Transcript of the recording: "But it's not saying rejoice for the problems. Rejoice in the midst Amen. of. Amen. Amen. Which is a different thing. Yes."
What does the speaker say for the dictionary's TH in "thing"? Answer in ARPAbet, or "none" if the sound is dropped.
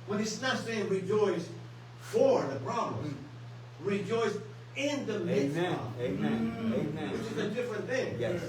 TH